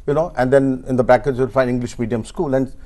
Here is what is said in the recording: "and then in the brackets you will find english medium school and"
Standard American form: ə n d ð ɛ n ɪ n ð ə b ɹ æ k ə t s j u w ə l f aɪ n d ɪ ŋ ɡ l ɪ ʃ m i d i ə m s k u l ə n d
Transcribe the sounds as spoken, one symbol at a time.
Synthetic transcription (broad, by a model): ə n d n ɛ n ɪ n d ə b æ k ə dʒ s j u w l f aɪ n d ɪ ŋ ɡ l ɪ ʃ m i d i ə m s k u l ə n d